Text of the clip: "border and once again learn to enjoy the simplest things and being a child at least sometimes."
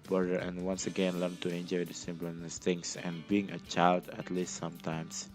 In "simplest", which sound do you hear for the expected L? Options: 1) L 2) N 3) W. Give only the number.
2